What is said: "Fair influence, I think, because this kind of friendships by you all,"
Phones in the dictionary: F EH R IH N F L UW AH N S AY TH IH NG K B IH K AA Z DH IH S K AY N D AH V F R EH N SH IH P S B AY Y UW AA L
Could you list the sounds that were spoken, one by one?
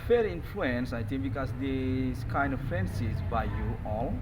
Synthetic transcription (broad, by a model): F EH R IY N F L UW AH N S AY T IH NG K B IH K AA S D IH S K AY N D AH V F R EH N S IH S B AY Y UW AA L